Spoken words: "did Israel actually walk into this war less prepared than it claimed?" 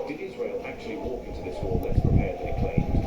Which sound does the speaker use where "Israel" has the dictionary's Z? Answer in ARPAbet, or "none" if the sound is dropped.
Z